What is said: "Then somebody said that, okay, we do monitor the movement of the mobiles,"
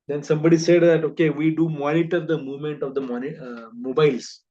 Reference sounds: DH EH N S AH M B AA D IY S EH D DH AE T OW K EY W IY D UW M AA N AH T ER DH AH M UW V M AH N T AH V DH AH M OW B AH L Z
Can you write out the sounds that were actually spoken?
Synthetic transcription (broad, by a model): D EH N S AH M B AA D IY S EH D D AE T OW K EY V IY D UW M AA N AH T ER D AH M UW V M AH N T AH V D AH M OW B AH L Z